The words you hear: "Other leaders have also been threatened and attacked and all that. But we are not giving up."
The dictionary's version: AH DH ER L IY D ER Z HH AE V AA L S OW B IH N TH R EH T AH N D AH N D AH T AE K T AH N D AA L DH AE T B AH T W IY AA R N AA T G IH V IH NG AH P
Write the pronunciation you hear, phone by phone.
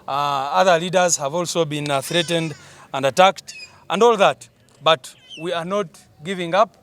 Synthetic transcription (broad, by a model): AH DH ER L IY D ER Z HH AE V AA L S OW B IH N TH R EH T AH N D AH N D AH T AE K T AH N D AA L DH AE T B AH T W IY AA R N AA T G IH V IH NG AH P